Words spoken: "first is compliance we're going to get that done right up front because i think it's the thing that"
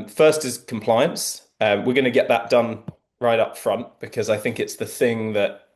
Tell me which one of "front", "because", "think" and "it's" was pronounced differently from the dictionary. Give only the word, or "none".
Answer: none